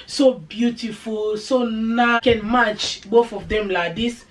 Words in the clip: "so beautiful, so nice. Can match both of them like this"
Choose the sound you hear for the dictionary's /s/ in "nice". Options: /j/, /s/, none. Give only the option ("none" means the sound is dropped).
none